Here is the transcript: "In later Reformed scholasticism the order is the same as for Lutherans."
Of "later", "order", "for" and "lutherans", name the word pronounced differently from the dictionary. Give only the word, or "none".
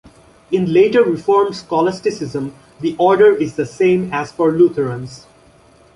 lutherans